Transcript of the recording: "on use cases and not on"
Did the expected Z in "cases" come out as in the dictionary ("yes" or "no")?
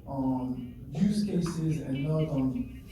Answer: yes